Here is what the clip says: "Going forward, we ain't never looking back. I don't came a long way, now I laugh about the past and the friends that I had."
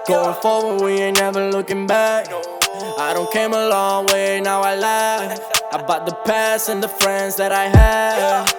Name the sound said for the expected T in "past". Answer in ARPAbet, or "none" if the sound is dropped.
none